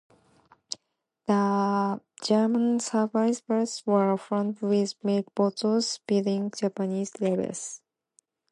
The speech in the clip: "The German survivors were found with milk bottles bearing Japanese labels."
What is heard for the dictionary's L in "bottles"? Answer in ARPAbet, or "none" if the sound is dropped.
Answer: none